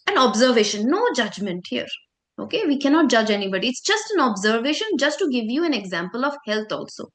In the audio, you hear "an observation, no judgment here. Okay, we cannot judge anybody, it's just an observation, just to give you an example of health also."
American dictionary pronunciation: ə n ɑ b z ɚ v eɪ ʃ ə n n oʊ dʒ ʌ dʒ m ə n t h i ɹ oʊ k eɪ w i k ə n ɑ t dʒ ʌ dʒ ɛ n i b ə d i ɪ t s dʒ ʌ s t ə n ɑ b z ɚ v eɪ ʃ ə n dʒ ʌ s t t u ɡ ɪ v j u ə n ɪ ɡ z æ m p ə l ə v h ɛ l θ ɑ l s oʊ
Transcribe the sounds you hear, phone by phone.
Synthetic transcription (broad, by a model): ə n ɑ b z ɚ v eɪ ʃ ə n n oʊ dʒ ʌ dʒ m ə n t h i ɹ oʊ k eɪ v i k ə n ɑ t dʒ ʌ dʒ ɛ n i b ə d i ɪ t s dʒ ʌ s t ə n ɑ b z ɚ v eɪ ʃ ə n dʒ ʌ s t t u ɡ ɪ v j u ə n ɪ ɡ z æ m p ə l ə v h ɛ l t ɑ l s oʊ